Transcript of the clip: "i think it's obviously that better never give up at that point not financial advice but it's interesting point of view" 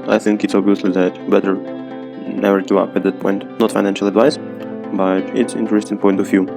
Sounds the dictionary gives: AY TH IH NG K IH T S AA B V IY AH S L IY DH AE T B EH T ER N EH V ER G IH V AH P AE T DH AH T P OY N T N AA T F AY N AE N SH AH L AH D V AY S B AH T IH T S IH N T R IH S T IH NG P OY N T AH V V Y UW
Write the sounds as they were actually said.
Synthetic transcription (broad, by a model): AY TH IH NG K IH T S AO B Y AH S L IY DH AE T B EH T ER N EH V ER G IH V AH P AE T DH AH T P OY N T N AA T F AY N AE N SH AH L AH D V AY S B AH T IH T S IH N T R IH S T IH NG P OY N T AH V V Y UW